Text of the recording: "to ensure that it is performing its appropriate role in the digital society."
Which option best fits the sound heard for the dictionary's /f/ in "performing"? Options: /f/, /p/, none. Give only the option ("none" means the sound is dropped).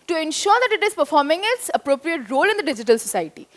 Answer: /f/